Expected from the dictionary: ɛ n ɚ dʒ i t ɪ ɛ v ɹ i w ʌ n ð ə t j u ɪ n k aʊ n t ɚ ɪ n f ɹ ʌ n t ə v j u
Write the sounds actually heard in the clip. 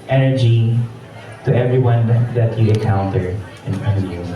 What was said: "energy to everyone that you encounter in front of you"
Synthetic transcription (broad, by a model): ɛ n ɚ dʒ i t ɪ ɛ v ɹ i w ʌ n ð ə t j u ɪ k aʊ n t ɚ ɪ n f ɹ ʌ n ə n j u